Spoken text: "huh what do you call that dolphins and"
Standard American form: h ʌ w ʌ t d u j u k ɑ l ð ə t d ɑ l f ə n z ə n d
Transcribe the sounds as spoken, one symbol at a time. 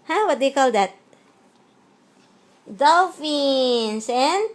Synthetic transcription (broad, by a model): h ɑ w ʌ t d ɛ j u k ɑ l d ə t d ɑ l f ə n s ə n